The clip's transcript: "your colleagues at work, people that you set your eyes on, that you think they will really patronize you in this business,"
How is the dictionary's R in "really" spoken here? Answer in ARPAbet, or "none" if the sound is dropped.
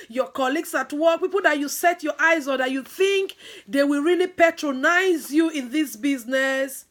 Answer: R